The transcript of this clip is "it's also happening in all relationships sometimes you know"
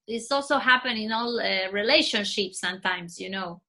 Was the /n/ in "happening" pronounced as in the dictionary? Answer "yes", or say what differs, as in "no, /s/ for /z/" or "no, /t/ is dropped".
no, /n/ is dropped